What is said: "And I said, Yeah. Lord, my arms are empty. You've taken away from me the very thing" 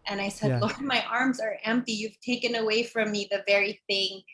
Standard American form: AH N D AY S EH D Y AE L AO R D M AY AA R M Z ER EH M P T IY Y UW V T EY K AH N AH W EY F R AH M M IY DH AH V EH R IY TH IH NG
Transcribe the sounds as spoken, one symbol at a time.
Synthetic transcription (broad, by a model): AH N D AY S EH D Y L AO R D M AY AA R M Z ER EH M P T IY Y UW V T EY K AH N AH W EY F R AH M M IY DH AH V EH R IY TH IH NG